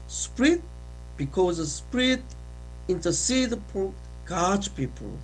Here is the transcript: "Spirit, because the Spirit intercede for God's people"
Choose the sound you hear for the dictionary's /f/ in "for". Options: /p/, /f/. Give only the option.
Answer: /p/